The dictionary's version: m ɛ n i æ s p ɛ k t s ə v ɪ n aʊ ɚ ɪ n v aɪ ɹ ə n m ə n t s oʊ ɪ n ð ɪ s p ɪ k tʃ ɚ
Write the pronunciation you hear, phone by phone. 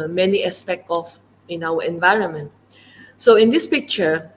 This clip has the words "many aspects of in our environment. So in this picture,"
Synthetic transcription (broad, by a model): m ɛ n i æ s p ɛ k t ə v ɪ n aʊ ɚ ɪ n v aɪ ɹ ə n m ə n t s oʊ ɪ n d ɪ s p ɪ k tʃ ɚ